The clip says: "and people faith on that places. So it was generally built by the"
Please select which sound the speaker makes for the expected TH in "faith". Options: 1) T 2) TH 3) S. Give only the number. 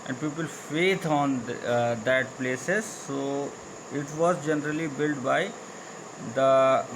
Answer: 1